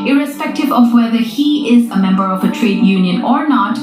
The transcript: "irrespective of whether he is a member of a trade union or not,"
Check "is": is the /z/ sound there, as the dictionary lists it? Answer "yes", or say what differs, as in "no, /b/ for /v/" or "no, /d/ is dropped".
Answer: yes